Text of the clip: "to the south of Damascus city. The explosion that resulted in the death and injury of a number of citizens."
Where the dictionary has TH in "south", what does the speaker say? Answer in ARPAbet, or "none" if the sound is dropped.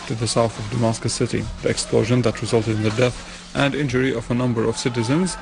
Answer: TH